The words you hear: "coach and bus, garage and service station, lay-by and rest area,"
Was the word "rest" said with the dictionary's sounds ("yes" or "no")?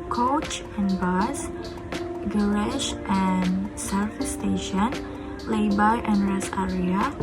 no